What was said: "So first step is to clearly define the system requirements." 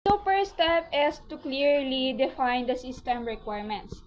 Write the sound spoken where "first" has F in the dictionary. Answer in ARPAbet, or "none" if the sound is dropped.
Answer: P